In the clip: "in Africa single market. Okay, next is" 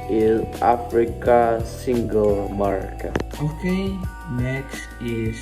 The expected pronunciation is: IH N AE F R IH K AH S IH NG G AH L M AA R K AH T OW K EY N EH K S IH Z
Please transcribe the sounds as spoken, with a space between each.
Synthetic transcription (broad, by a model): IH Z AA F R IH K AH S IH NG G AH L M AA R K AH OW K EY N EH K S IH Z